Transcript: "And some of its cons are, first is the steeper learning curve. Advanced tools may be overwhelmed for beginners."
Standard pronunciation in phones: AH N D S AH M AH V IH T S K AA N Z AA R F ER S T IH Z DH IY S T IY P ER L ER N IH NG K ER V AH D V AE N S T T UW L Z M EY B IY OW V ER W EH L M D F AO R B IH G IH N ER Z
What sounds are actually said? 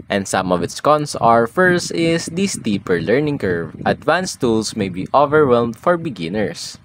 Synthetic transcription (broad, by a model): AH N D S AH M AH V IH T S K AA N S AA R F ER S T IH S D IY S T IY P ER L ER N IH NG K ER V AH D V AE N S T T UW L S M EY B IY OW V ER W EH L M D F AO R B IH G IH N ER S